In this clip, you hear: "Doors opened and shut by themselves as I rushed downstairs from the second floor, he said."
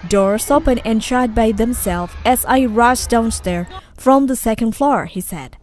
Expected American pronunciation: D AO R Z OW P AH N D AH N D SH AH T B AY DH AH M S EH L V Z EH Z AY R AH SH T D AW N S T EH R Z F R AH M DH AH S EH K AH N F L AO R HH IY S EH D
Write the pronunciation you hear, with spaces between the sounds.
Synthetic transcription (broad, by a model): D AO R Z OW P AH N AH N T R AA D B AY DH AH M S EH L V EH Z AY R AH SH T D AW N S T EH R F R AH M DH AH S EH K AH N F L AO R HH IY S EH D